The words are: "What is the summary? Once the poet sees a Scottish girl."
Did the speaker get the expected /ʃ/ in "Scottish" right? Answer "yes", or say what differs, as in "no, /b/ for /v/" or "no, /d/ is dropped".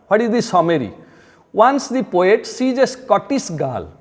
no, /s/ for /ʃ/